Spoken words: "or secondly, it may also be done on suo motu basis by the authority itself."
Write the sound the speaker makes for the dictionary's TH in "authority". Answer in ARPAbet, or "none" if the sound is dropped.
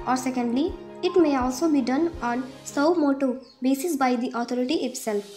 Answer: T